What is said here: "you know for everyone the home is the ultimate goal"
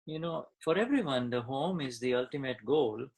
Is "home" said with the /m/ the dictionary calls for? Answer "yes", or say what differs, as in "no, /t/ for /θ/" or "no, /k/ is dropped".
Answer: yes